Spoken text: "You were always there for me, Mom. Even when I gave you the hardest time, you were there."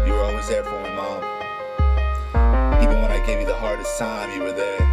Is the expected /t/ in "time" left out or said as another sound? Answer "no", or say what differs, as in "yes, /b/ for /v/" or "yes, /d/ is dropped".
yes, /s/ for /t/